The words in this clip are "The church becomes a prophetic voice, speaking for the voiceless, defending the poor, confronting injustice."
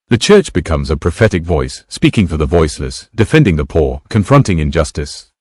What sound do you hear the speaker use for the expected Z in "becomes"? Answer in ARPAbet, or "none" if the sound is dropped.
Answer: Z